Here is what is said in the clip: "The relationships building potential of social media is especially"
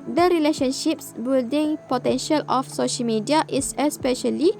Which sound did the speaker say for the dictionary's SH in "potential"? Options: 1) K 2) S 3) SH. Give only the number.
3